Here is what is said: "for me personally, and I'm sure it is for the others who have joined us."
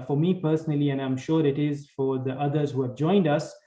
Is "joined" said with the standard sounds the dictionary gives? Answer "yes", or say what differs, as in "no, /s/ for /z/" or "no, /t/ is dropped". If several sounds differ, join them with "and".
yes